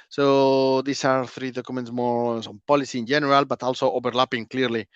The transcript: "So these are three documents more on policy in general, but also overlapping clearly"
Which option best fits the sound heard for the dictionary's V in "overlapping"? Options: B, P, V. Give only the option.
B